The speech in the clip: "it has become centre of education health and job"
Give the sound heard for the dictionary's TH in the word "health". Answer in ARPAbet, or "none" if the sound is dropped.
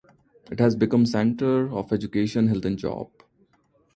T